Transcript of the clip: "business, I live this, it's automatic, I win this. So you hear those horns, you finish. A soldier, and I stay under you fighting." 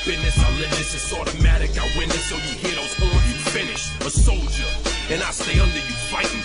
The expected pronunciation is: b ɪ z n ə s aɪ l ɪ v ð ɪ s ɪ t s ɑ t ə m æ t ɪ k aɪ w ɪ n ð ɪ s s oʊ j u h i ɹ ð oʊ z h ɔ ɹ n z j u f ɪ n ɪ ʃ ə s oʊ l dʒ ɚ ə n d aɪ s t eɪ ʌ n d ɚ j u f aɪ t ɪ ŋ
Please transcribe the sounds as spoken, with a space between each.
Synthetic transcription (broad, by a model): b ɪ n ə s aɪ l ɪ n ð ɪ s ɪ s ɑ t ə m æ t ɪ k aɪ w ɪ n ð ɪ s s oʊ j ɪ h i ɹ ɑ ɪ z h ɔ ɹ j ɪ f ɪ n ɪ ʃ ə s oʊ l dʒ ɚ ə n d aɪ s t eɪ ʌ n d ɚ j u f aɪ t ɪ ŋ